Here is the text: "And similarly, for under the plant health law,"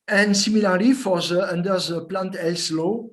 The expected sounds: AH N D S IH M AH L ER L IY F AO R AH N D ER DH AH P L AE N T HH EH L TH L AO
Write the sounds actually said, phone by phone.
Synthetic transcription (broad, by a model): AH N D S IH M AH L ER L IY F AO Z AH N D ER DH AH P L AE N T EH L S L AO